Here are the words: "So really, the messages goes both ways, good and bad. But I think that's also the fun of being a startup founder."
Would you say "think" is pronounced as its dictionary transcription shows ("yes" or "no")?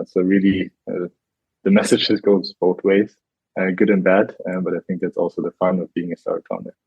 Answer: yes